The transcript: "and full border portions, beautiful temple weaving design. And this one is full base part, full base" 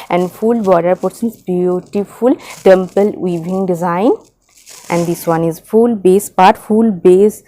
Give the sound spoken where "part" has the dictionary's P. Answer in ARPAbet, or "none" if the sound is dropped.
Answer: P